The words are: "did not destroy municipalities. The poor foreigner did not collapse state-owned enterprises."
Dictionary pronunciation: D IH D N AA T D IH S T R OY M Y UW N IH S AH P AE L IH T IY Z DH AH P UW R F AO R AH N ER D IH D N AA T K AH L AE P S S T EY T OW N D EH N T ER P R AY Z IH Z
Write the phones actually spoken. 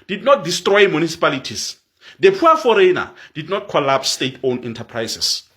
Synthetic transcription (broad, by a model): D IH D N AA T D IH S T R OY M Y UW N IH S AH P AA L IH T IY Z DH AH P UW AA F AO R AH N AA D IH D N AA T K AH L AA P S S T EY T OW N EH N T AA P R AY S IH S